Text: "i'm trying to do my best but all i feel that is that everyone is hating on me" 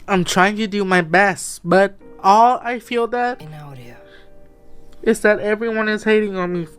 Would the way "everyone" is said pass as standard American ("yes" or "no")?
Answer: yes